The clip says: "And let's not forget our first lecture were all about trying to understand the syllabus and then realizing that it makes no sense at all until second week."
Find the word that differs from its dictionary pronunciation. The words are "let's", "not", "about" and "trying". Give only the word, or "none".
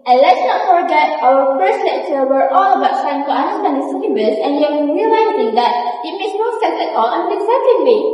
trying